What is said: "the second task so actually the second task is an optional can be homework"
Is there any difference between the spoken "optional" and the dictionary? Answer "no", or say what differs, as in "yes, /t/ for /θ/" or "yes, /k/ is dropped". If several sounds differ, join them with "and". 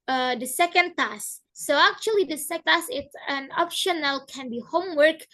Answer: no